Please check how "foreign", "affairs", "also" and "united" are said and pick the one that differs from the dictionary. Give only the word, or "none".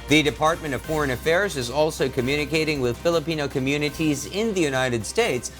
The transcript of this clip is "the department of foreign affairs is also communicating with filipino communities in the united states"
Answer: none